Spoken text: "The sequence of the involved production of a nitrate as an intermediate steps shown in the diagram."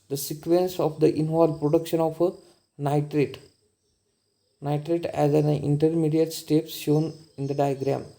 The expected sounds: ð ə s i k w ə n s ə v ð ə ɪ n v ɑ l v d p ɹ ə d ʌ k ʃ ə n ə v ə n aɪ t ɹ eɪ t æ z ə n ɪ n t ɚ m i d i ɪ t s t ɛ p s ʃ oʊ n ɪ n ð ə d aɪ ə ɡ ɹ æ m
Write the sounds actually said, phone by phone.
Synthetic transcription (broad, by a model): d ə s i k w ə n s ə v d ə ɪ n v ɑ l p ɹ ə d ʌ k ʃ ə n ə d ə n aɪ t ɹ eɪ t æ z ə n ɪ n t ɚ m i d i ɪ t s t ɛ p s ʃ oʊ n ɪ n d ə d aɪ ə ɡ ɹ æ m